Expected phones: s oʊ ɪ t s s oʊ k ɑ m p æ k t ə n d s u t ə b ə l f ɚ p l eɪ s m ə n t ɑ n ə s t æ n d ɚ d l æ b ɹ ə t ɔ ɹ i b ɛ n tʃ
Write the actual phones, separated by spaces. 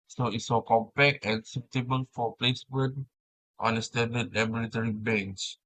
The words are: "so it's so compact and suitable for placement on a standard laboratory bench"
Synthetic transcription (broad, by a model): s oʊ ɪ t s s oʊ k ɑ m p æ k ə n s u t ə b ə n f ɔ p l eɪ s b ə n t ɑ n ə s t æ n d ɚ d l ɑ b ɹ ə t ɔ ɹ i b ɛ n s